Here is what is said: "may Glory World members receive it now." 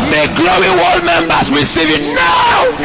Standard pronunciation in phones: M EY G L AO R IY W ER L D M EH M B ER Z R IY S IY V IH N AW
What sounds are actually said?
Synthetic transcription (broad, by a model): M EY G L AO IY W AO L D M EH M B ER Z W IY S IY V IH N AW